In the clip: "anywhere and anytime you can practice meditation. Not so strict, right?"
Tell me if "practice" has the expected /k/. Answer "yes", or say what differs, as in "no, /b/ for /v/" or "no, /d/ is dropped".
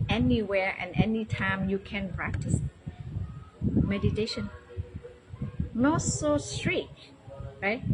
yes